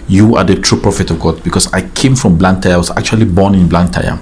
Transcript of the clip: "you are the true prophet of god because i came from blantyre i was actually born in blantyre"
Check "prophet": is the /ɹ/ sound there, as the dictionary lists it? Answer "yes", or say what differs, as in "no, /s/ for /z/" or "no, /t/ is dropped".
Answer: yes